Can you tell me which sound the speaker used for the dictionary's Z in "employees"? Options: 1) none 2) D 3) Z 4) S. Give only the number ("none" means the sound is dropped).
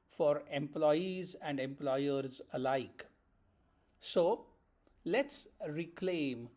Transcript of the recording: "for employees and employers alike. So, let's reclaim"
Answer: 3